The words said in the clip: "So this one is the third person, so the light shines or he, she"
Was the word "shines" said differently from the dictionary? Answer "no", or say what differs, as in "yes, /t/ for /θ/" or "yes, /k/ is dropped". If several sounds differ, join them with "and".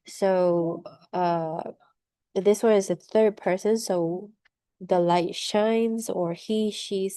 no